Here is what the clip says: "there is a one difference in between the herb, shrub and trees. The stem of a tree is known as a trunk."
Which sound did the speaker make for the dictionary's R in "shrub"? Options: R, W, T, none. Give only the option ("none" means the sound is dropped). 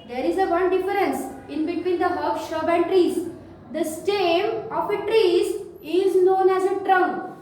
none